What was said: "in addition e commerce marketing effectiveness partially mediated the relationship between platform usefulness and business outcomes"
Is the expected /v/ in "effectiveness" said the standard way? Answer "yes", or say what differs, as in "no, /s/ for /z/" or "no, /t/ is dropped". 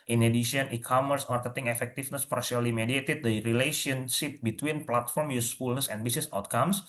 no, /f/ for /v/